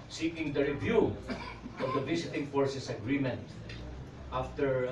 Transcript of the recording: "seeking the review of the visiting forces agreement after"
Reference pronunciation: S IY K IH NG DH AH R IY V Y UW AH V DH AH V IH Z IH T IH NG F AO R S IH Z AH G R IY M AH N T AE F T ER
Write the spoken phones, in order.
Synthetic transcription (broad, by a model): S IY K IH NG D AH R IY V Y UW AH V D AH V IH S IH T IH NG F AO R S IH S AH G R IY M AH N T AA F T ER